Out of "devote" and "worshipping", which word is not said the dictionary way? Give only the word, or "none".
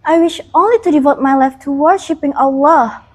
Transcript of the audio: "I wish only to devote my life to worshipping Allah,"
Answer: none